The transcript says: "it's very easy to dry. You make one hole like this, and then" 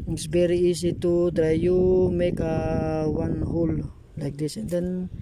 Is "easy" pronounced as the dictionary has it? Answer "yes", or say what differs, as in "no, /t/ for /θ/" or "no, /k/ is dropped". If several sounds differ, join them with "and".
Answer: no, /s/ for /z/